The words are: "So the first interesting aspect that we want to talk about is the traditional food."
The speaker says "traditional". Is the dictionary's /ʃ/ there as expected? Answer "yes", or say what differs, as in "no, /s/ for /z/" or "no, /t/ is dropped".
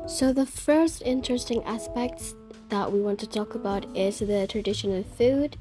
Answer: yes